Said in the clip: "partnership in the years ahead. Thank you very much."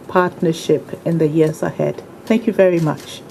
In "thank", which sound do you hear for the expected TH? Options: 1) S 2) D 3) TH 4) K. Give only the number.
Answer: 3